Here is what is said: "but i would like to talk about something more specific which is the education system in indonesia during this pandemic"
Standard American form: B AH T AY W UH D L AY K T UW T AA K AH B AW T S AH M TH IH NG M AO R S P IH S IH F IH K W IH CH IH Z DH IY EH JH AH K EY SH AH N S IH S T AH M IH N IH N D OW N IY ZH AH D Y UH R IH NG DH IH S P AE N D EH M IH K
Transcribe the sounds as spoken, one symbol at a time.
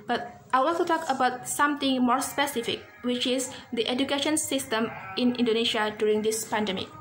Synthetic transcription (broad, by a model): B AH T AY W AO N T UW T AA K AH B AW T S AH M T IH NG M AO R S P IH S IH F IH K W IH CH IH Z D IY EH JH AH K EY SH AH N S IH S T AH M IH N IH N D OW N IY SH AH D Y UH R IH NG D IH S P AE N D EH M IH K